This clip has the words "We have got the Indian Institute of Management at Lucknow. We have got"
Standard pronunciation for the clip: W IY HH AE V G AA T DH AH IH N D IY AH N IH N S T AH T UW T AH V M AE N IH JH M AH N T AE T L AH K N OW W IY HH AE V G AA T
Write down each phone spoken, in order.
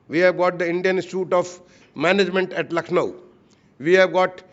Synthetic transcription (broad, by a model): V IY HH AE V G AA T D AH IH N D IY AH N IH S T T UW T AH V M AE N IH JH M AH N T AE T L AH K N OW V IY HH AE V G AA T